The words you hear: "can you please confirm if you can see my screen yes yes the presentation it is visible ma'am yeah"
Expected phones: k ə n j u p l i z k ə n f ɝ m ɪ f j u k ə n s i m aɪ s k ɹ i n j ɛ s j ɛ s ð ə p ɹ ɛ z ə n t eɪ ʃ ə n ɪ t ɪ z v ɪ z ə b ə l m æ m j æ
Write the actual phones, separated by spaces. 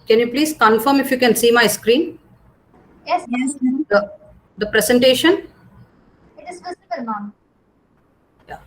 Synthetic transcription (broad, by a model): k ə n j u p l i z k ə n f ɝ m ɪ f j u k ə n s i m aɪ s k ɹ i n j ɛ s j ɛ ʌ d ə p ɹ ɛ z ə n t eɪ ʃ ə n ɪ t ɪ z f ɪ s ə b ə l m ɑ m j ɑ